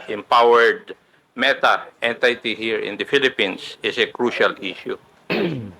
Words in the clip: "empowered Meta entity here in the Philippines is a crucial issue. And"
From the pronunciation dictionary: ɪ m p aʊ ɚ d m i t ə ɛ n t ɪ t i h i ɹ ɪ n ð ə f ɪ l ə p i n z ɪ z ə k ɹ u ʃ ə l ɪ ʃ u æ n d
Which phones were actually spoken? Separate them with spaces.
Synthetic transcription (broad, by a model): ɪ m p aʊ ɚ d m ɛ t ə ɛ n t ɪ t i h i ɹ ɪ n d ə f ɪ l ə p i n s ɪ s ə k ɹ u ʃ ə l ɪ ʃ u